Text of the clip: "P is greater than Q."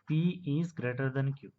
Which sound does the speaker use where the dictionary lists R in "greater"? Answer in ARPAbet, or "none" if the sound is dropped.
R